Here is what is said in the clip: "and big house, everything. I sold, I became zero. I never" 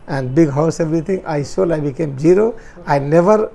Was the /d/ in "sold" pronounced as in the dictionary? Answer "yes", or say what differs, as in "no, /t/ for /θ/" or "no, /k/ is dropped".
no, /d/ is dropped